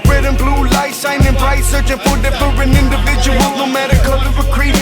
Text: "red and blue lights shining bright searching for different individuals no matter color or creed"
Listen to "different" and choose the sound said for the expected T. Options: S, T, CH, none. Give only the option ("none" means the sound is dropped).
none